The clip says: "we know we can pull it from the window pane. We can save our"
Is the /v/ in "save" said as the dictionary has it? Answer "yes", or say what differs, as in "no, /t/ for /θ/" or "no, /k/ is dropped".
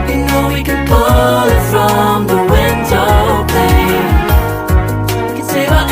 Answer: no, /w/ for /v/